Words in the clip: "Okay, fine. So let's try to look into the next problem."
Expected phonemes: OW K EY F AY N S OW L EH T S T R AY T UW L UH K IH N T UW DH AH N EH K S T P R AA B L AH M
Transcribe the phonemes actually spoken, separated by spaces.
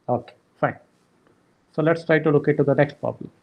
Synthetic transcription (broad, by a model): OW K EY F AY N S OW L EH T S T R AY T UW L UH K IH T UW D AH N EH K S T P R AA B L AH M